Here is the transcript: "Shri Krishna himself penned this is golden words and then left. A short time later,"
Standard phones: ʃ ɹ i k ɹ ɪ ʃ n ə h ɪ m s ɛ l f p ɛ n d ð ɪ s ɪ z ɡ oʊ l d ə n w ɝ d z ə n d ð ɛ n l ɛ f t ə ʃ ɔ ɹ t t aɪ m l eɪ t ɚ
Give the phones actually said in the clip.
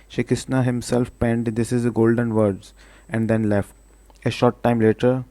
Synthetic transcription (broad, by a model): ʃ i k ɪ s n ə h ɪ m s ɛ l f p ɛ n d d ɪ s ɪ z ɡ oʊ l d ə n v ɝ d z ə n d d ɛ n l ɛ f t ə ʃ ɔ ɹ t t aɪ m l eɪ t ɚ